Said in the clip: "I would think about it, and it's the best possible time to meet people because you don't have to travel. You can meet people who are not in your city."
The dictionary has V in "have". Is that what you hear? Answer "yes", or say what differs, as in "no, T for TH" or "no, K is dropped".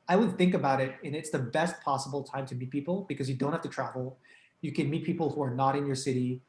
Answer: no, F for V